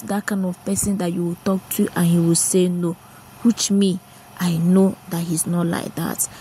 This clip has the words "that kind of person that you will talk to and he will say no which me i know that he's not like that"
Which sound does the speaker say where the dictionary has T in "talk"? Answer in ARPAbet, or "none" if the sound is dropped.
T